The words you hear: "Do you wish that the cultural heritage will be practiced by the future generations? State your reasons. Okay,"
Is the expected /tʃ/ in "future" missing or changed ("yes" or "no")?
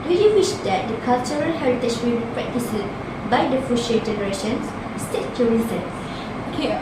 yes